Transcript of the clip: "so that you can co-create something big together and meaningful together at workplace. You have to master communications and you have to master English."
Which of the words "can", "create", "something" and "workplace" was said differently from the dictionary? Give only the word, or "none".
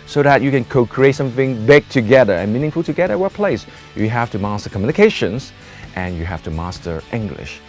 workplace